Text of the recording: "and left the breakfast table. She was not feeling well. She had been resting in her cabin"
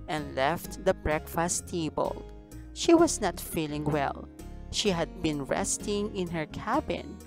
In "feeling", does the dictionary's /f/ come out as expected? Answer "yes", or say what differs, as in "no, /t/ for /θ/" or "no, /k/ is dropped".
yes